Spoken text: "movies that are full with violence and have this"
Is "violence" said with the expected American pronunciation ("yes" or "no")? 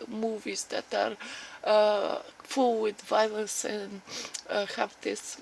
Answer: no